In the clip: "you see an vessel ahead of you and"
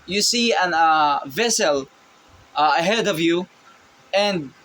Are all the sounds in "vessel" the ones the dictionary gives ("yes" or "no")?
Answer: yes